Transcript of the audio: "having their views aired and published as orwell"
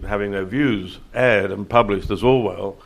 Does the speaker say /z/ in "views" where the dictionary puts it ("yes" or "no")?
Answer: yes